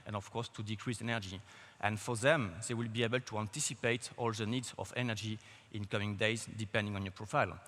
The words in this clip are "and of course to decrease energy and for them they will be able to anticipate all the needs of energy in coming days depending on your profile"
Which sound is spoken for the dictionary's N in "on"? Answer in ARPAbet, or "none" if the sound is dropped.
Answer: N